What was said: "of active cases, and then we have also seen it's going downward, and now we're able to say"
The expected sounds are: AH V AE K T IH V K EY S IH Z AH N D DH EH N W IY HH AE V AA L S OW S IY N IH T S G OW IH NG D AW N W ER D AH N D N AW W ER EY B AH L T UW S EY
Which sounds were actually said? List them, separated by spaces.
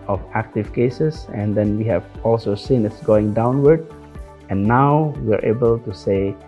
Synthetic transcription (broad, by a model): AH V AE K T IH V K EY S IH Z AH N D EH N W IY HH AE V AA L S OW S IY N IH T S G OW IH NG D AW N W ER D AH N N AW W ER EY B AH L T UW S EY